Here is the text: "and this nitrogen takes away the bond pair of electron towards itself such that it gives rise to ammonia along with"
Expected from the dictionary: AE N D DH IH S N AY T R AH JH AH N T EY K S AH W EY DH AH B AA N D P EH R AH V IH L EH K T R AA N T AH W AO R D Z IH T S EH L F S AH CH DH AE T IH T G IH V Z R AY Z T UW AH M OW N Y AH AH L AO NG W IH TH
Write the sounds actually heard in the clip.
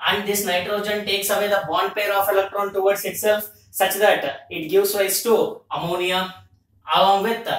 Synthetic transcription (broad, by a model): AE N D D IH S N AY T R AH JH AH N T EY K S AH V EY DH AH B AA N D P EH R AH F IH L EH K T R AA N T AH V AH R D S IH T S EH L F S AH CH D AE T IH T G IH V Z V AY S T UW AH M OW N Y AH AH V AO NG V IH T